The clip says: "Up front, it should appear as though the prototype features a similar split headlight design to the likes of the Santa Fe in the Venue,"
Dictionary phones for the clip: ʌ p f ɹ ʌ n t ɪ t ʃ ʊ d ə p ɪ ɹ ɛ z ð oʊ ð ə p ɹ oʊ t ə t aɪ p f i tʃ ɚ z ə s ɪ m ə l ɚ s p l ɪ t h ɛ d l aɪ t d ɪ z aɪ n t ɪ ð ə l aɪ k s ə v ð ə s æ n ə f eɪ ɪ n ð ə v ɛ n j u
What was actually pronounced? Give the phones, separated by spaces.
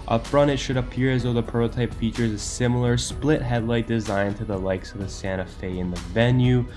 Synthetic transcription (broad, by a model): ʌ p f ɹ ʌ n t ɪ t ʃ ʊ d ə p ɪ ɹ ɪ z ð oʊ ð ə p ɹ oʊ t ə t aɪ p f i tʃ ɚ z ə s ɪ m l ɚ s p l ɪ t h ɛ d l aɪ t d ɪ z aɪ n t ɪ ð ə l aɪ k s ə v ð ə s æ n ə f eɪ ɪ n ð ə v ɛ n j u